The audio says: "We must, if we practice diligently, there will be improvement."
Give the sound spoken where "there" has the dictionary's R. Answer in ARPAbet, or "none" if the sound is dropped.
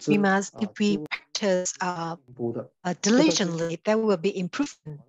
W